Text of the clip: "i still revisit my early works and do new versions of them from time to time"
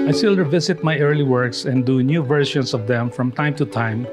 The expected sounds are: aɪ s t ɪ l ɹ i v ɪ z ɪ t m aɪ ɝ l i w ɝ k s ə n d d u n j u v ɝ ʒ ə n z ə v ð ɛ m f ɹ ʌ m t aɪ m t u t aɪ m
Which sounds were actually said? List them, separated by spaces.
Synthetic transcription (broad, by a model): aɪ s t ɪ l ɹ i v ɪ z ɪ t m aɪ ɝ l i w ɝ k s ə n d d u n j u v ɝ ʃ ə n s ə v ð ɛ m f ɹ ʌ m t aɪ m t u t aɪ m